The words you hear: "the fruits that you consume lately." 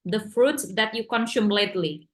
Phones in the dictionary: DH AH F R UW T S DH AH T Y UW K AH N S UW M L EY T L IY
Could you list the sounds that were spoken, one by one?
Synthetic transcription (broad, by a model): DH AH F R UW T S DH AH T Y UW K AH N S UW M L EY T L IY